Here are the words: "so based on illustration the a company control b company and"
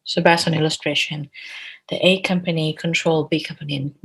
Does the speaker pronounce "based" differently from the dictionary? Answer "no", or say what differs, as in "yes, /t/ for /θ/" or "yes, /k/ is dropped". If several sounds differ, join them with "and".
yes, /t/ is dropped